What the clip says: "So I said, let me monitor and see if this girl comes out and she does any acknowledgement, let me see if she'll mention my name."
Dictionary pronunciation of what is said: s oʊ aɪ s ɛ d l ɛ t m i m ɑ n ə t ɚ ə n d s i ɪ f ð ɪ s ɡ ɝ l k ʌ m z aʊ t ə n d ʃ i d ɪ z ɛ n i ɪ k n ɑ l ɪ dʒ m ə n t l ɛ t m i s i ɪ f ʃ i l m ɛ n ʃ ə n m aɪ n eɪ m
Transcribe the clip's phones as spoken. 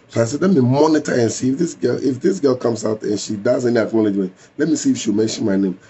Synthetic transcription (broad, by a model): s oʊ aɪ s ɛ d l ɛ t m i m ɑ n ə t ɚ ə n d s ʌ ɪ f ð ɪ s ɡ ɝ l k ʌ m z aʊ t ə n ʃ i d ɪ z ɛ n i ɪ k n ɑ l ɪ dʒ m ə n t l ɛ t m i s i ɪ f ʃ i w m ɛ n ʃ ə n m aɪ n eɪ m